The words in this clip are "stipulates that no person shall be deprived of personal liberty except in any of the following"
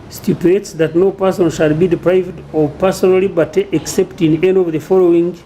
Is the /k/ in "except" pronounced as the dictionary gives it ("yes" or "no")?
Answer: yes